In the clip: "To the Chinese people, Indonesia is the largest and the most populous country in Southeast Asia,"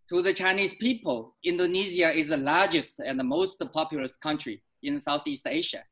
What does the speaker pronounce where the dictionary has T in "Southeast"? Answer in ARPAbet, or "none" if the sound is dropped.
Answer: T